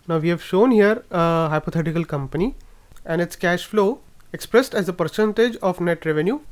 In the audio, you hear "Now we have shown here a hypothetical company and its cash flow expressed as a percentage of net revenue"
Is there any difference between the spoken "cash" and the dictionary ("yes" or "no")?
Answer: no